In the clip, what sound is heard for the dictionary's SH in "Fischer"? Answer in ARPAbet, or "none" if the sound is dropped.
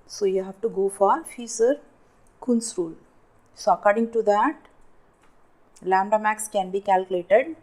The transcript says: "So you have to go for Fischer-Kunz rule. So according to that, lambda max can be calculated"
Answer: S